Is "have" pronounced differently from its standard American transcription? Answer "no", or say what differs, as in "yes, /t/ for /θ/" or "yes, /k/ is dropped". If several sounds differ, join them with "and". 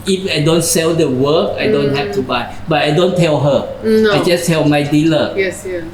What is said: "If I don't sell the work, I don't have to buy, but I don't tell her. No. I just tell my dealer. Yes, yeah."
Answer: yes, /f/ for /v/